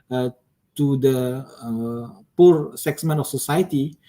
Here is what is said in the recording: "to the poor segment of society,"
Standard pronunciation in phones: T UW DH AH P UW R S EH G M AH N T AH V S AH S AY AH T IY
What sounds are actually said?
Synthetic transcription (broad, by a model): T UW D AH P UW R S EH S M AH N AH F S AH S AY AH T IY